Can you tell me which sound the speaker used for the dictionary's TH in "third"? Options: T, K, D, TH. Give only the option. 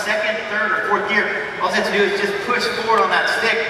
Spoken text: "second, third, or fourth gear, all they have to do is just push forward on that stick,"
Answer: TH